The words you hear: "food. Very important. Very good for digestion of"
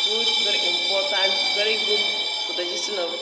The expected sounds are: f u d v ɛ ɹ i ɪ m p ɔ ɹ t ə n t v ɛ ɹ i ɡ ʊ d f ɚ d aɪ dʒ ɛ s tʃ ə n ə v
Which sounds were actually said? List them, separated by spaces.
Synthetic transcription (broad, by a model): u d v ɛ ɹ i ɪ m p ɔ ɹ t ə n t v ɛ ɹ i ɡ ʊ d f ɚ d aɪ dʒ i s ə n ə